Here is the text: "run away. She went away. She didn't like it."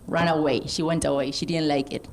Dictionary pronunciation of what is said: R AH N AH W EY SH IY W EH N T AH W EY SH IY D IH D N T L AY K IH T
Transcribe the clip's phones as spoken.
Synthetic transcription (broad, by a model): R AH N AH W EY SH IY W EH N T AH W EY SH IY D IH D N T L AY K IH T